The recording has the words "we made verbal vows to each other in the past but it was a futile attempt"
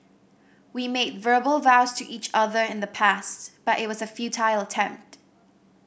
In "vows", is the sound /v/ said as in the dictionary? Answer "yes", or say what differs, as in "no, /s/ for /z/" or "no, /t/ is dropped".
yes